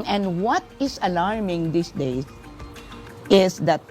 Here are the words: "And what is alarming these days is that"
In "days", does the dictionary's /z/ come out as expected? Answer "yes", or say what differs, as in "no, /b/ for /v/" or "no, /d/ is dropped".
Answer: no, /z/ is dropped